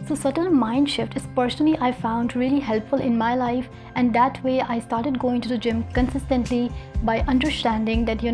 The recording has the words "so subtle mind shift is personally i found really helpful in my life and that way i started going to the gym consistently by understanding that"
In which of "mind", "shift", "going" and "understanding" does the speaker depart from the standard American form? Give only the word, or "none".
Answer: none